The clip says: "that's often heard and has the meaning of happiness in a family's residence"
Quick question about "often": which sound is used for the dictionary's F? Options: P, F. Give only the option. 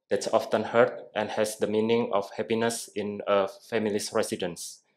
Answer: F